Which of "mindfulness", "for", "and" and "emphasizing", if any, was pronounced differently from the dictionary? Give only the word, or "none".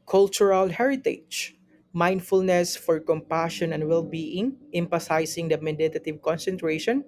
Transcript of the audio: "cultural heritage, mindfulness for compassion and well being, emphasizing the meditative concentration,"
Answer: emphasizing